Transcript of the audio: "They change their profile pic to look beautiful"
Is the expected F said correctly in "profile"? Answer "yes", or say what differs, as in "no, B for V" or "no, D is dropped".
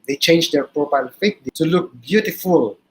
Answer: no, P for F